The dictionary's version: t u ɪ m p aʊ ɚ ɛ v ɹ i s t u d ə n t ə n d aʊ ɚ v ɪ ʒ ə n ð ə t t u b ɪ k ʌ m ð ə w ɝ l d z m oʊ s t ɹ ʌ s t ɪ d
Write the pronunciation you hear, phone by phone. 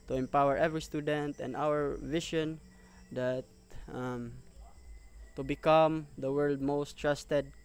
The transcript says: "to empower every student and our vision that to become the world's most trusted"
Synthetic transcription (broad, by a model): t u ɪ m p aʊ ɚ ɛ v ɹ i s t u d ə n t ə n d aʊ ɚ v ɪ ʃ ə n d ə t t u b ɪ k ʌ m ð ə w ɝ l d m oʊ s t ɹ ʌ s t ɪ d